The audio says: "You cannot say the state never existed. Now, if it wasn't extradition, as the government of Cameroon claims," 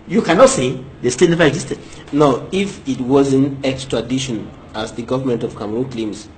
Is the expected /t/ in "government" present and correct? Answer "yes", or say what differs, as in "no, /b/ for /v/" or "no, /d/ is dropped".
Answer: yes